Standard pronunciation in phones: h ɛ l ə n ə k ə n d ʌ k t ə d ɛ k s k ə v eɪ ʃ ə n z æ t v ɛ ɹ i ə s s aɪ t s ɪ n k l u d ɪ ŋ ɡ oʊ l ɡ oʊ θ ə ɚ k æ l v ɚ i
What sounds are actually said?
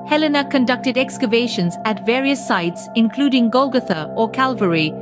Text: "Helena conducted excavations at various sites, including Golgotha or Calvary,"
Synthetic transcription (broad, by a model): h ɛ l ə n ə k ə n d ʌ k t ə d ɛ k s k ə v eɪ ʃ ə n z æ t v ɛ ɹ i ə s s aɪ t s ɪ n k l u d ɪ ŋ ɡ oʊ l ɡ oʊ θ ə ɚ k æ l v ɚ i